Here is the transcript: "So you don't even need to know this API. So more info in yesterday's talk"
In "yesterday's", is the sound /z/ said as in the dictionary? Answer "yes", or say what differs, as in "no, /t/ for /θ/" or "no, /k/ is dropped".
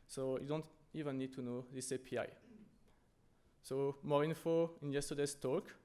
no, /s/ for /z/